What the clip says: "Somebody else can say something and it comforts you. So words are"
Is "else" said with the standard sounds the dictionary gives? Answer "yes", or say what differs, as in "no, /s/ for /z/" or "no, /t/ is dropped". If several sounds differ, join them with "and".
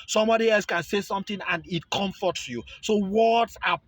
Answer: yes